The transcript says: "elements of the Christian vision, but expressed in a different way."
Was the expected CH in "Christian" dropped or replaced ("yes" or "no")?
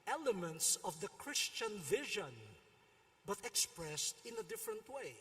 no